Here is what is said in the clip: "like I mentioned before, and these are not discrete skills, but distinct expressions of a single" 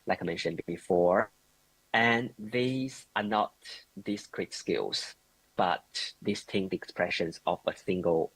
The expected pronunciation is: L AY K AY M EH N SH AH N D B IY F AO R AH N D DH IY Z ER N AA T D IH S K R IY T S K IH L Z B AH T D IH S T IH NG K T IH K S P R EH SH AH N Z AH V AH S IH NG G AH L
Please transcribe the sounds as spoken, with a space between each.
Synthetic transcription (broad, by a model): L AY K AY M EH N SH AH N B IY F AO R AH N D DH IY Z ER N AA T D IH S K R IY T S K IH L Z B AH T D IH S T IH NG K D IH K S P R EH SH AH N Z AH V AH S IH NG G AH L